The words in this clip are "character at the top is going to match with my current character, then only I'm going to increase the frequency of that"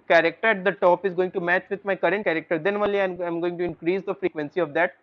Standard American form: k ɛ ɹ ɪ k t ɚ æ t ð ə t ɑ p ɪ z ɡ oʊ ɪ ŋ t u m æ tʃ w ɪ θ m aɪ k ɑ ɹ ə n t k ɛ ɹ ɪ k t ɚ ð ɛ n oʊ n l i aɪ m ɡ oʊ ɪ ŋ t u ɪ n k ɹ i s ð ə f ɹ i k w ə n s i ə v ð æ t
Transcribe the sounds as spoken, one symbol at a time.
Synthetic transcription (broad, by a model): k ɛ ɹ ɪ k t ɚ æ t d ə t ɑ p ɪ z ɡ oʊ ɪ ŋ t u m æ tʃ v ɪ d m aɪ k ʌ ɹ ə n t k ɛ ɹ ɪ k t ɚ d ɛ n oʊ l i aɪ m ɡ oʊ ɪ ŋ t u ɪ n k ɹ i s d ə f ɹ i k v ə n s i ə v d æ t